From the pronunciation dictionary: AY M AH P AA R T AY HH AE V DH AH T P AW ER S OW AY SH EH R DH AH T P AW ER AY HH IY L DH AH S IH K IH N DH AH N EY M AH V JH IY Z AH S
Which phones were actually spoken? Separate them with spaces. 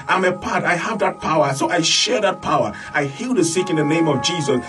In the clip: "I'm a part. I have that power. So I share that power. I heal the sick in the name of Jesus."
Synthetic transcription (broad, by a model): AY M AH P AA R T AY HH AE V DH AH T P AW ER S OW AY SH EH R DH AH T P AW ER AY HH IY L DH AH S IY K IH N DH AH N EY M AH V JH IY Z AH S